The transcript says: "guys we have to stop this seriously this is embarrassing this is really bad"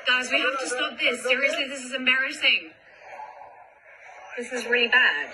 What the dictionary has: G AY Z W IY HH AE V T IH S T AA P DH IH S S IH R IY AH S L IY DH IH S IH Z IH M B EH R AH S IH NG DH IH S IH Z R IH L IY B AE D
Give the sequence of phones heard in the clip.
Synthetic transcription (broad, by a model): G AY Z W IY HH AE F T IH S T AA P DH IH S S IH R IY AH S L IY DH IH S IH Z IH M B EH R AH S IH NG DH IH S IH Z R IH L IY B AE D